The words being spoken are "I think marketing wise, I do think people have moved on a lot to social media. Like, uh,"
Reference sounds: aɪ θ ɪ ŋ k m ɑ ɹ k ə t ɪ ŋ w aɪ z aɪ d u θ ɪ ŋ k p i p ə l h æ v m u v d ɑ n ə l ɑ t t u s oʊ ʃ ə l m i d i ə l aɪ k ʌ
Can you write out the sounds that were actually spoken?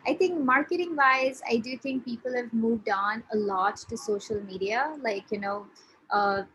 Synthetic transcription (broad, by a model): aɪ t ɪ ŋ k m ɑ ɹ k ə t ɪ ŋ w aɪ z aɪ d u t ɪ ŋ k p i p ə l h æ v m u v d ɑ n ə l ɑ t t u s oʊ ʃ ə l m i d i ə l aɪ k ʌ